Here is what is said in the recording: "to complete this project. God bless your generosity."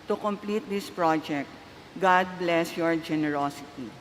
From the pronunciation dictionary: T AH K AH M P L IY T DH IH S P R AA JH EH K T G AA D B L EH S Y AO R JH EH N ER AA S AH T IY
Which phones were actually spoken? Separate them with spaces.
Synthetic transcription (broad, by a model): T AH K AH M P L IY T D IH S P R AA JH EH K T G AA D B L EH S Y AO R JH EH N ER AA S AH T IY